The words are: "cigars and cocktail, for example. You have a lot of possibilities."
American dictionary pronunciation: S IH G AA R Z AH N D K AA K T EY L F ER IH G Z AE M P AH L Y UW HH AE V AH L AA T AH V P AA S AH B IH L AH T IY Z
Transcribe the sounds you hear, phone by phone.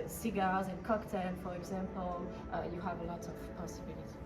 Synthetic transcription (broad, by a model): S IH G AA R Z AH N K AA K T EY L F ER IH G Z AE M P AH L Y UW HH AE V AH L AA T AH V P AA S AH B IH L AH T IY